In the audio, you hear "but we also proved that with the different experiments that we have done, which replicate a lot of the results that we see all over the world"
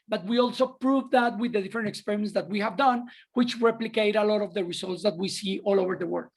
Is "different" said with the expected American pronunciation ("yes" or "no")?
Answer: no